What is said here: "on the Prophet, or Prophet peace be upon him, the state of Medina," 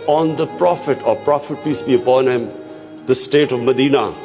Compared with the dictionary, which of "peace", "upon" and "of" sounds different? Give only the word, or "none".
none